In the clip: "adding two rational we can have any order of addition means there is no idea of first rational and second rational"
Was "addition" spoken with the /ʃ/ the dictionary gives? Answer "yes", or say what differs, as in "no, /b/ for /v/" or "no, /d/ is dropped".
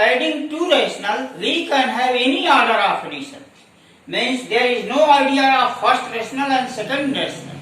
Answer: no, /s/ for /ʃ/